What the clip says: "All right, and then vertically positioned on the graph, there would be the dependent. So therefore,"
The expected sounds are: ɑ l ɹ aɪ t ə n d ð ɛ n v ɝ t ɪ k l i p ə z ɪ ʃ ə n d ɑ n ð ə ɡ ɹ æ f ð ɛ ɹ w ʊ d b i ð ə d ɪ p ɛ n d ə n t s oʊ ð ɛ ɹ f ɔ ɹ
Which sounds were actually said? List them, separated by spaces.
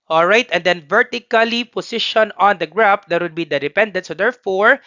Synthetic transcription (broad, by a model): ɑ l ɹ aɪ t ə n d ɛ n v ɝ t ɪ k l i p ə s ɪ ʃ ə n ɑ n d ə ɡ ɹ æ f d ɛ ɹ w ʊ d b i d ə d ɪ p ɛ n d ə n t s oʊ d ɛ ɹ f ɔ ɹ